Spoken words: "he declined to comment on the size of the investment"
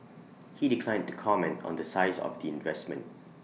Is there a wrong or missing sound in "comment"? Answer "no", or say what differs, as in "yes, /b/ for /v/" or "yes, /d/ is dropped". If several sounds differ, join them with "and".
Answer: no